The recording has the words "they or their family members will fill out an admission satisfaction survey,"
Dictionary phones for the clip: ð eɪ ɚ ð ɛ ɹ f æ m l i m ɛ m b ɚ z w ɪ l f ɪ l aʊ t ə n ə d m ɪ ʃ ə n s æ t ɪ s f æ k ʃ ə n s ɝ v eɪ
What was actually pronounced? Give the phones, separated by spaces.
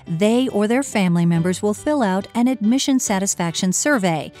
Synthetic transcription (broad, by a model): ð eɪ ɚ ð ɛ ɹ f æ m l i m ɛ m b ɚ z w ɪ l f ɪ l aʊ t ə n ə d m ɪ ʃ ə n s æ t ɪ s f æ k ʃ ə n s ɝ v eɪ